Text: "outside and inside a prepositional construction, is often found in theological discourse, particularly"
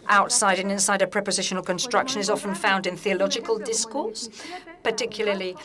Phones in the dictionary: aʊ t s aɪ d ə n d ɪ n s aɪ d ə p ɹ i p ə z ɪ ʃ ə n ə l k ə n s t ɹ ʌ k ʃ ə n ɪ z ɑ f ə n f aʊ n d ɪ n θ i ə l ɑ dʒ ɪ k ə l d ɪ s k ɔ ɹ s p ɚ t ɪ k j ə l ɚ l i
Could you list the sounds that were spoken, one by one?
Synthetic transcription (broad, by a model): aʊ t s aɪ d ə n ɪ n s aɪ d ə p ɹ i p ə z ɪ ʃ ə n ə l k ə n s t ɹ ʌ k ʃ ə n ɪ z ɑ f ə n f aʊ n d ɪ n θ i ə l ɑ dʒ ɪ k ə l d ɪ s k ɔ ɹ s p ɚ t ɪ k j l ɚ l i